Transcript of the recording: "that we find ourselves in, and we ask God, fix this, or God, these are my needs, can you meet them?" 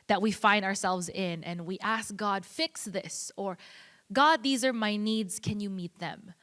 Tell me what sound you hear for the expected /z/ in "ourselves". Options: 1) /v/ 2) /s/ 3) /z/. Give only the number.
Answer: 3